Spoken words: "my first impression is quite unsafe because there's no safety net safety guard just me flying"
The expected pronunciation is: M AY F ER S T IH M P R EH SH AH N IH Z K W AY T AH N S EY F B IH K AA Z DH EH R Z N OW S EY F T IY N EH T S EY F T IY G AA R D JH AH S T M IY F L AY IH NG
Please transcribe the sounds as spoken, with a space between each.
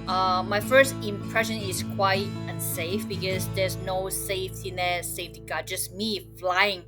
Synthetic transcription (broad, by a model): M AY F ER S T IH M P R EH SH AH N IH S K W AY T AH N S EY F B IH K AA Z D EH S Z N OW S EY F T IY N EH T S EY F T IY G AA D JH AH S M IY F L AY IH NG